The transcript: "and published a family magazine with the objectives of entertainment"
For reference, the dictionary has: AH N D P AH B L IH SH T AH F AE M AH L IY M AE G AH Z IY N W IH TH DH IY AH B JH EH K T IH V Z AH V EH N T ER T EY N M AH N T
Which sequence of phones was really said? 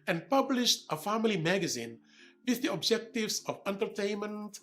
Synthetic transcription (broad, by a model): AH N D P AH B L IH SH T AH F AE M AH L IY M AE G AH Z IY N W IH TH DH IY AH B JH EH K T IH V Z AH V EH N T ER T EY N M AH N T